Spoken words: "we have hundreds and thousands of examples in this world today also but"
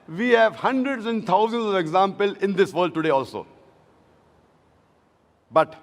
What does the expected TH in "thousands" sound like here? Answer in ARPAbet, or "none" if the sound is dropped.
T